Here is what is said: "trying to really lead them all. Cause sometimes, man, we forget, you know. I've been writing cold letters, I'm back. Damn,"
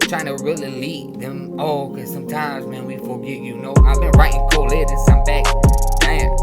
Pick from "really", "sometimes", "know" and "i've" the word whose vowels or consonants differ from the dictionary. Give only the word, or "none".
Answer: none